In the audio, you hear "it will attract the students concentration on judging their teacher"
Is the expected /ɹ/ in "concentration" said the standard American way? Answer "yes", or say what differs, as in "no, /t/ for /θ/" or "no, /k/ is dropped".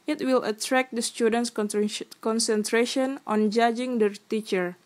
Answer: yes